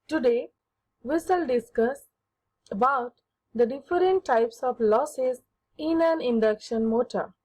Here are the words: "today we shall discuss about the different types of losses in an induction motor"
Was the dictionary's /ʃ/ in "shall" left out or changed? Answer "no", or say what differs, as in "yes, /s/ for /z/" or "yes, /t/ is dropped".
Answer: yes, /s/ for /ʃ/